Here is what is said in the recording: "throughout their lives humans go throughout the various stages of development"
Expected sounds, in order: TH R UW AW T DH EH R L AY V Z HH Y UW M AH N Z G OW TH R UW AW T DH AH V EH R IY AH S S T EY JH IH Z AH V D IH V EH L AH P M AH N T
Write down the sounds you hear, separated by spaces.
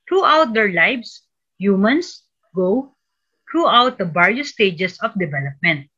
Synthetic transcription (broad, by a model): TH R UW AW T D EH R L AY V S HH Y UW M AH N S G OW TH R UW AW T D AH B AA R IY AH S S T EY JH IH S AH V D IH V EH L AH P M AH N T